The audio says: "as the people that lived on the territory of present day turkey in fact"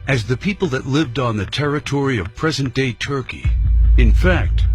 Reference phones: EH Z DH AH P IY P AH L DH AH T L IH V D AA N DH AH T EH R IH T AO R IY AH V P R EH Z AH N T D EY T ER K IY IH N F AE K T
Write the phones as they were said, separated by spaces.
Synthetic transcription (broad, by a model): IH Z DH AH P IY P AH L DH AH T L IH V D N DH AH T EH R IH T AO R IY AH V P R EH Z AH N D EY T ER K IY IH N F AE K T